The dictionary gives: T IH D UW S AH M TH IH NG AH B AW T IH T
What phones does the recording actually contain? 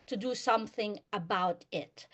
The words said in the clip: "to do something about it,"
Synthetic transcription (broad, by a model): T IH D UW S AH M TH IH NG AH B AW T IH T